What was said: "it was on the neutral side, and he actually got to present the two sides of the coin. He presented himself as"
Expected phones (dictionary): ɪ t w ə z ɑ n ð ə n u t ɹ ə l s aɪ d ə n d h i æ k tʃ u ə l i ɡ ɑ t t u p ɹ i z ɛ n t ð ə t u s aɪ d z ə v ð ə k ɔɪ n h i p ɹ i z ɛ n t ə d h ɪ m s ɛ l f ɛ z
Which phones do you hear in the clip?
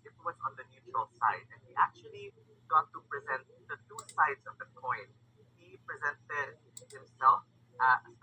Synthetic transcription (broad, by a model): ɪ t w ə z ɑ n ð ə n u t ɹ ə l s aɪ d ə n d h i æ k tʃ u ə l i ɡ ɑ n t u p ɹ i z ɛ n t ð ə t u s aɪ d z ə v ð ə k ɔɪ n h i p ɹ i z ɛ n t ə d h ɪ m s ɛ l f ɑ